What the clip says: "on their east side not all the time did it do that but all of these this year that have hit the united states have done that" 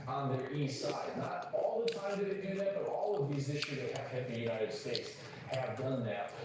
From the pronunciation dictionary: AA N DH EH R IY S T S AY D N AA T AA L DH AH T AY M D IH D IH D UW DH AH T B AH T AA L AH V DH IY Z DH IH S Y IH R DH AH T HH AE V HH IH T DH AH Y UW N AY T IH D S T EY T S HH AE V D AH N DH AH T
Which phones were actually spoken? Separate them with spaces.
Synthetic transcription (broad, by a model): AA N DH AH R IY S S AY D N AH T AA L DH AH T AY M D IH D IH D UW DH AH T B AH T AA L AH V DH IY Z IH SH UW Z DH AH T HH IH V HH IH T DH AH Y UW N AY T IH D S T EY T S HH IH V D AH N DH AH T